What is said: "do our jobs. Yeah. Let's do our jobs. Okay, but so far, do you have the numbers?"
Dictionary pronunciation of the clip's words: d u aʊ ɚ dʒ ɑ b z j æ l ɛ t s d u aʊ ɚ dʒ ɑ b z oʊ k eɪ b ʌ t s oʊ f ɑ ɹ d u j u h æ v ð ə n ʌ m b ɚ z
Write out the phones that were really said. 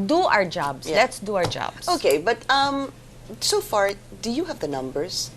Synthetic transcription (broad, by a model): d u aʊ ɚ dʒ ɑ b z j l ɛ t s d u aʊ ɚ dʒ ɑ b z oʊ k eɪ b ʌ t s oʊ f ɑ ɹ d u j u h æ v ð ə n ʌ m b ɚ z